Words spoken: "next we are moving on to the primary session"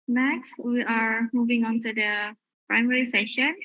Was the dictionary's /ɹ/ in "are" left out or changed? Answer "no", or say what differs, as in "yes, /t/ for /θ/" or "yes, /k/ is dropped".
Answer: no